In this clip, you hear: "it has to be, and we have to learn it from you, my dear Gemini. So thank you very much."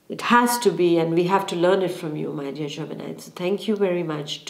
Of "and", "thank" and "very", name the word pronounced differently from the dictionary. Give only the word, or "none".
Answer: thank